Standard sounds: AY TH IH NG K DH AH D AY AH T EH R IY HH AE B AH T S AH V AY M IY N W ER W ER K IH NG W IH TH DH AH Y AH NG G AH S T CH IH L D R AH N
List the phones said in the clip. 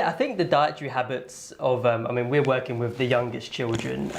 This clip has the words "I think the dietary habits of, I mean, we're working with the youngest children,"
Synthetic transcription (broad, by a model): AY TH IH NG K DH AH D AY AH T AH R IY HH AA B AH T S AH V AY M IY N W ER W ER K IH NG W IH DH AH Y AH NG G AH S CH IH L D R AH N